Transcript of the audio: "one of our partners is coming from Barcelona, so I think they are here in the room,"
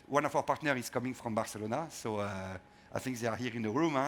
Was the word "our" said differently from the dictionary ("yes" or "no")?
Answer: yes